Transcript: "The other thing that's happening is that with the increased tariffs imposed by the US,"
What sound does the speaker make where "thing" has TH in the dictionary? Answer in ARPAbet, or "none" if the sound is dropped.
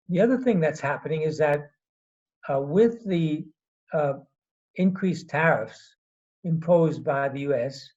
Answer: TH